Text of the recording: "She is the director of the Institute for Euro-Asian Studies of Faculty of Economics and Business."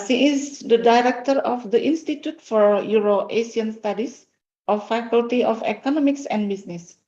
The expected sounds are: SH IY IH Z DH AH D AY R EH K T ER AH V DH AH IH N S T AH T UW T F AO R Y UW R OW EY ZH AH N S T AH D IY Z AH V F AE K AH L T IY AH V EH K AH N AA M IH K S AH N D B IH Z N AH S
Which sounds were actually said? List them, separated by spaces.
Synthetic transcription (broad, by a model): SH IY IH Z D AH D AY R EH K T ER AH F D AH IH N S T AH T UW T F AO R Y UW R OW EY S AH N S T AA D IY S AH F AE K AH L T IY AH F EH K AH N AA M IH K S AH N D B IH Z N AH S